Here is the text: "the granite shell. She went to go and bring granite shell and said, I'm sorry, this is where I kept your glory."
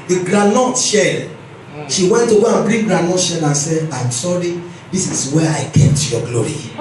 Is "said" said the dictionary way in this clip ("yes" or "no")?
no